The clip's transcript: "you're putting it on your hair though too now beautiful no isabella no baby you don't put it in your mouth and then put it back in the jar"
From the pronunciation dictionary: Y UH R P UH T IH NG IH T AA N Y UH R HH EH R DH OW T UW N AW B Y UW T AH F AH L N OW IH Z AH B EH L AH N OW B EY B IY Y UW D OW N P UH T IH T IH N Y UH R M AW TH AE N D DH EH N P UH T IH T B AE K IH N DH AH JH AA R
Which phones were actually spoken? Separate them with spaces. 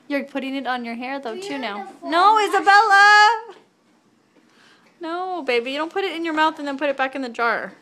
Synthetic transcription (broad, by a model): Y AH R P UH T IH NG IH T N Y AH R HH EH R DH OW T UW N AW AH AH N OW IH Z AH B EH L AH N OW B EY B IY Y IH D OW N P UH T IH T IH N Y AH R M AW TH N DH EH N P UH T IH T B AE K IH N DH AH JH AA R